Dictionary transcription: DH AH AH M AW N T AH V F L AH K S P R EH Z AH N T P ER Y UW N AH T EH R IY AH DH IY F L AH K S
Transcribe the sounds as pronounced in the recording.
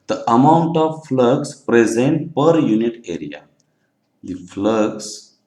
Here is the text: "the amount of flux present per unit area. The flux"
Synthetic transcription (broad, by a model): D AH AH M AW N T AH V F L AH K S P R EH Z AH N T P ER Y UW N AH T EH R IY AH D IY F L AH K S